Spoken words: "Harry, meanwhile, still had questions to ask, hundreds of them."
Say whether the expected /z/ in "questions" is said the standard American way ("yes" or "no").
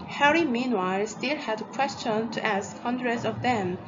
no